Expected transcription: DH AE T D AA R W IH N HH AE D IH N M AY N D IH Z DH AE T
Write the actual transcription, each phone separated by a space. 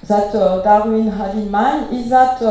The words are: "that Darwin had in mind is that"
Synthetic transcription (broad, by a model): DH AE T D AA R W IH N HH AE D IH M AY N IH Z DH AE T